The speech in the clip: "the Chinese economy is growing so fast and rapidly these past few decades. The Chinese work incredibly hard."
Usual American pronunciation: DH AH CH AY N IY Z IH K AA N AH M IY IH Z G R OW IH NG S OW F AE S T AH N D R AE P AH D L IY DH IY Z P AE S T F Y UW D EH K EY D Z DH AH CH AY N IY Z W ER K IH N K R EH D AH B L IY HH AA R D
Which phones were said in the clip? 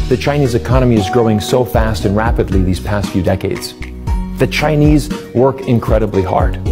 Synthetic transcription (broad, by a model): DH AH CH AY N IY Z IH K AA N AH M IY IH Z G R OW IH NG S OW F AE S T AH N R AE P AH D L IY DH IY Z P AE S T F Y UW D EH K EY D Z DH AH CH AY N IY Z W ER K IH N K R EH D AH B L IY HH AA R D